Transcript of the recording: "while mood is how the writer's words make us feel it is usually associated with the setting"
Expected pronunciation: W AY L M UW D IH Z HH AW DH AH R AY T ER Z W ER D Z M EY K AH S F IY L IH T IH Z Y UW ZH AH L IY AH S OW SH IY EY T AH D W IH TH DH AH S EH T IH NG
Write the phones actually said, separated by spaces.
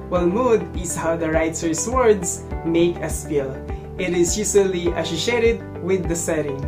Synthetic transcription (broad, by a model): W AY L M UW D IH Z HH AW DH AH R AY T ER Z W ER D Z M EY K AH S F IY L IH T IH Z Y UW S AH L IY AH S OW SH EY T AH D W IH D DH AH S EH T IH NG